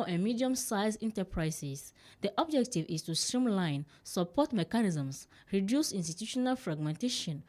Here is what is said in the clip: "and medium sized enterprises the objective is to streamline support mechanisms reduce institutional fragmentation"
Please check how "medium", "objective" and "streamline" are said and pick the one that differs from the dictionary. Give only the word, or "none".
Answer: none